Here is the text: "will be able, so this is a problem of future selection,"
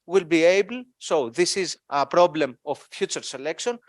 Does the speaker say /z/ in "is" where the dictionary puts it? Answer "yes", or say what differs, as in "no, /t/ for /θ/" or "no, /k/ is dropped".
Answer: yes